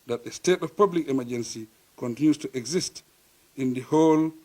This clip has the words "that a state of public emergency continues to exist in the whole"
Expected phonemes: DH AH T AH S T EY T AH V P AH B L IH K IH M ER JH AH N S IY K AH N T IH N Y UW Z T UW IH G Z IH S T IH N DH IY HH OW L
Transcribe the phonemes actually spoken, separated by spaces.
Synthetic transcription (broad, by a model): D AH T AH S T EY T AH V P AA B L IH K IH M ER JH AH N S IY K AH N T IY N Y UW S T UW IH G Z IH S T IH N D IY HH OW L